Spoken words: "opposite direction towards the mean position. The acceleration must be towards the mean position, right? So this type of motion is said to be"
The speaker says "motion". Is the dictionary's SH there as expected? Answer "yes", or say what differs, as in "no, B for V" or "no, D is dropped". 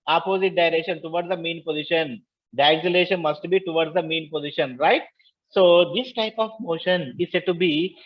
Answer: yes